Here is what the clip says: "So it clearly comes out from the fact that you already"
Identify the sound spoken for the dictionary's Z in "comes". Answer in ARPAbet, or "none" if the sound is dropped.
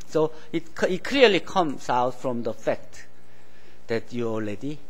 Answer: S